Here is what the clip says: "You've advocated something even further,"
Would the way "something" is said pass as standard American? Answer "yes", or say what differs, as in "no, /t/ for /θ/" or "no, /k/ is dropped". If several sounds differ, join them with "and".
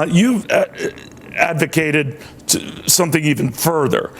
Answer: yes